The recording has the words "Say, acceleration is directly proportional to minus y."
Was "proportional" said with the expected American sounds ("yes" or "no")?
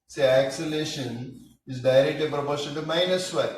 no